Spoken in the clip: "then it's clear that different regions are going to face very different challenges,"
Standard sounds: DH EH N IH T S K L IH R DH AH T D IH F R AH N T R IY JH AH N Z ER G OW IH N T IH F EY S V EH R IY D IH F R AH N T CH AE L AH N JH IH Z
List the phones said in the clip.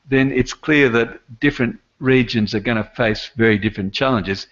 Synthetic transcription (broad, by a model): DH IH N IH T S K L IH R DH AH T D IH F R AH N T R IY JH AH N Z ER G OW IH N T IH F EY S V EH R IY D IH F R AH N CH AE L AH N JH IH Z